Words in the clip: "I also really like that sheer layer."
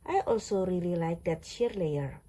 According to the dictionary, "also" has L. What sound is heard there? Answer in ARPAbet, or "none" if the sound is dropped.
L